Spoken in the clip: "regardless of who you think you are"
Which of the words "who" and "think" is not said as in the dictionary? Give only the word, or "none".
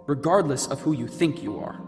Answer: none